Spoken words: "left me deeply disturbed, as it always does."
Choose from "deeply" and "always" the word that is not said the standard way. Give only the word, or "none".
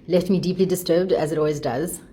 none